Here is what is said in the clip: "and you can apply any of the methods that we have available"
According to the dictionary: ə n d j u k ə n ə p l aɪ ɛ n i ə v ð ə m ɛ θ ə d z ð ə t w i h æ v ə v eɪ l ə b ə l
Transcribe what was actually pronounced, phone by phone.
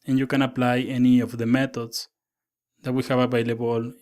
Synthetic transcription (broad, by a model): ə n j u k ə n ə p l aɪ ɛ n i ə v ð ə m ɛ t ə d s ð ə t w i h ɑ b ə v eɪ l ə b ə l